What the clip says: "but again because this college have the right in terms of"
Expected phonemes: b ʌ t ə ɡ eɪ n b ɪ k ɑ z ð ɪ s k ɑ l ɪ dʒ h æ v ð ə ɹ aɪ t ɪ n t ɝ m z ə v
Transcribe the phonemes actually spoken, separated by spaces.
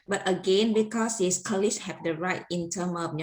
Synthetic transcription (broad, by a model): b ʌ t ə ɡ eɪ n b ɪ k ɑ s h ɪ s k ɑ l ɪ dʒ h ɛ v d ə ɹ aɪ t ɪ n t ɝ m ə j